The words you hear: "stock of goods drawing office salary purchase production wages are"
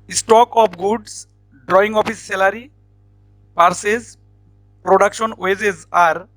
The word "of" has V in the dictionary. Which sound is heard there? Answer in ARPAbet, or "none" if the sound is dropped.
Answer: P